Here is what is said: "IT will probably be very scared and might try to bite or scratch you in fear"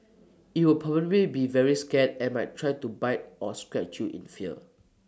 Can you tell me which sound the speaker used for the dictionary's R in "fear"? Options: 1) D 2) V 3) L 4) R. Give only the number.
3